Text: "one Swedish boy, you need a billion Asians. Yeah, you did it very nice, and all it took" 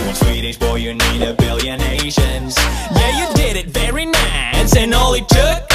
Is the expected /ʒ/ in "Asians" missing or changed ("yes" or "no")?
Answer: yes